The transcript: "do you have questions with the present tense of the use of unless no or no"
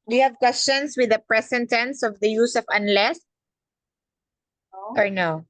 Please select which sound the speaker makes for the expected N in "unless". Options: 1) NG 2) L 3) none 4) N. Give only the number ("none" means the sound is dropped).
4